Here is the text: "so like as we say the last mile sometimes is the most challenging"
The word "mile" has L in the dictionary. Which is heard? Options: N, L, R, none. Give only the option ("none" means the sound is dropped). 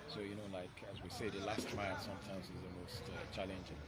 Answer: N